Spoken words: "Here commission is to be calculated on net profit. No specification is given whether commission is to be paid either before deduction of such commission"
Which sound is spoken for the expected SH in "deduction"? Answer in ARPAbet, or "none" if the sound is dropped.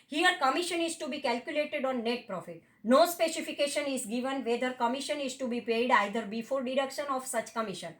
SH